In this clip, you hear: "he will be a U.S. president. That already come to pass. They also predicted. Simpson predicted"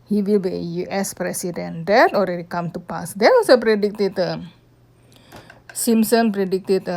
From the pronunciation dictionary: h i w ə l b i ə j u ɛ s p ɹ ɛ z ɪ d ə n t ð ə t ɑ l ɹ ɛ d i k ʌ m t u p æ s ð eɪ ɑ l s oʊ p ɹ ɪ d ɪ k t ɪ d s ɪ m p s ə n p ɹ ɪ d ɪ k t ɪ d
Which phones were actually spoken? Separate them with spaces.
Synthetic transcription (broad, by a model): h i w ə l b i ə j u ɛ s p ɹ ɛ s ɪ d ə n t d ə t ɑ l ɹ ɛ d i k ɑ m t u p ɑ s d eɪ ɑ s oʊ p ɹ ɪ d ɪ k t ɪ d s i m s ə n p ɹ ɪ d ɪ k t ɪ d